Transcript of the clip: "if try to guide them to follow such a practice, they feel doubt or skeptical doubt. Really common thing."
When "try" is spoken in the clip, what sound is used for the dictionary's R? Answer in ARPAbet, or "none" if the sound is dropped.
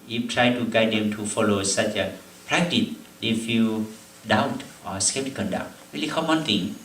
R